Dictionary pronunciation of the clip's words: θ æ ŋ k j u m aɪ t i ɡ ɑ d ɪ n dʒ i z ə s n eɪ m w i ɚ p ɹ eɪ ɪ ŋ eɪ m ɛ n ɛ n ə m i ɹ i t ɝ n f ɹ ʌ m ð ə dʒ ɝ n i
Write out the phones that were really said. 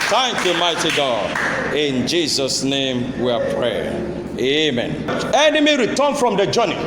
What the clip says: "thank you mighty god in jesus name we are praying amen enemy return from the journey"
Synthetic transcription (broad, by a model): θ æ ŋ k j u m aɪ t i ɡ ɑ d ɪ n dʒ i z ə s n eɪ m w i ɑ p ɹ eɪ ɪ eɪ m ɛ n ɛ n ə m i ɹ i t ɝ n f ɹ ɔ m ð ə dʒ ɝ n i